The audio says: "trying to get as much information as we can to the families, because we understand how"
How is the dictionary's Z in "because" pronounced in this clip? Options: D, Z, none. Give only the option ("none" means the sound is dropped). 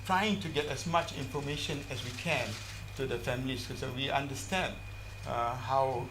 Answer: none